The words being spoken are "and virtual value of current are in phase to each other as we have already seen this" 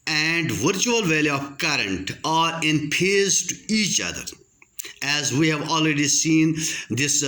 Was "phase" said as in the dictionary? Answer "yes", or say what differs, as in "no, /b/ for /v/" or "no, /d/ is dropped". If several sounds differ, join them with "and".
no, /p/ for /f/